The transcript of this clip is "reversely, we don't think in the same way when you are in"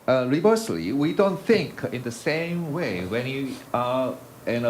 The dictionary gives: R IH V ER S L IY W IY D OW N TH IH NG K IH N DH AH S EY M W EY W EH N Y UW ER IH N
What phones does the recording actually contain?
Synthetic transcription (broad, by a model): R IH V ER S L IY W IY D OW N TH IH NG K IH N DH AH S EY M W EY W EH N Y UW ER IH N